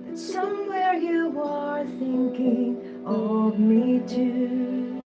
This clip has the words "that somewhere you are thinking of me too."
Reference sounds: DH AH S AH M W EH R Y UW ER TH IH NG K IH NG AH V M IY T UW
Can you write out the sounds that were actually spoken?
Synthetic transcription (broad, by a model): S AH M W EH R Y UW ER TH IH NG K IH NG AH V M IY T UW